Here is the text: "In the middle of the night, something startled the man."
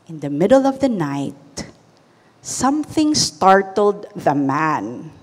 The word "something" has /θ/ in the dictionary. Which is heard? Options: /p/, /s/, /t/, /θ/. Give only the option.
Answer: /θ/